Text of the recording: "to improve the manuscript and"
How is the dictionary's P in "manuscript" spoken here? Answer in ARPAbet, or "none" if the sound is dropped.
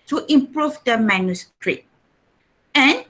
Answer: none